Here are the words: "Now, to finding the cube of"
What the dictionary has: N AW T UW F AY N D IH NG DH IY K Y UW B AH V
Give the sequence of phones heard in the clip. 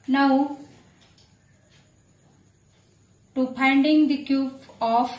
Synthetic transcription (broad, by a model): N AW T UW P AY N D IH NG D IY K Y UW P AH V